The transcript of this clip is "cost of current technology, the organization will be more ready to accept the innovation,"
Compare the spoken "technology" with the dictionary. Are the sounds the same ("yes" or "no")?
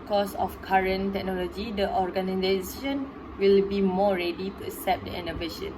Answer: yes